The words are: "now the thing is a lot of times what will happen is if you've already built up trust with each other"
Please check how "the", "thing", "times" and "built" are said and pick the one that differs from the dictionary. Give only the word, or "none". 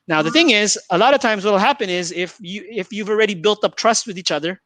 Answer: none